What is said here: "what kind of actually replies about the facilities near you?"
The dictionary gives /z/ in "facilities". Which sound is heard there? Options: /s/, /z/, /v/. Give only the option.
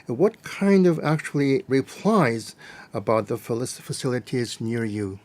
/z/